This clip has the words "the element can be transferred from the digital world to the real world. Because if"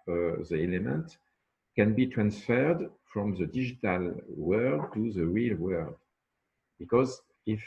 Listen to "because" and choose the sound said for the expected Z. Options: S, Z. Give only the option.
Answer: Z